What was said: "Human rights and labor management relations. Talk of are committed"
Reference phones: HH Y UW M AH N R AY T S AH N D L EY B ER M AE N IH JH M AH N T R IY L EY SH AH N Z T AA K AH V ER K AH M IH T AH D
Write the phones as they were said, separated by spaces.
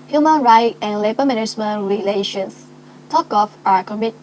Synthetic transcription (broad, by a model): HH Y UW M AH N R AY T AH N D L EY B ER M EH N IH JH M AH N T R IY L EY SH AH N S T AA K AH F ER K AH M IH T